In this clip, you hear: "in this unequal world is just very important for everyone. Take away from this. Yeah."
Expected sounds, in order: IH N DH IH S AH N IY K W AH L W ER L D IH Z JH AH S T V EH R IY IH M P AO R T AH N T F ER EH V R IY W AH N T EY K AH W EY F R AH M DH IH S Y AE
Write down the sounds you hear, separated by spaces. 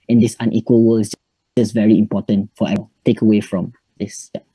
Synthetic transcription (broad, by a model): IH N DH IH S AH N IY K W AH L W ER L IH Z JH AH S V EH R IY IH M P AO T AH N T F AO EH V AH T EY K AH W EY F R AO M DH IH S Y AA